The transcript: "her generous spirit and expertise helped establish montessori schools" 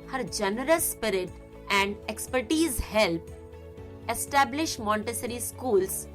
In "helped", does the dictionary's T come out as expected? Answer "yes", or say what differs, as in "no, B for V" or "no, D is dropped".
no, T is dropped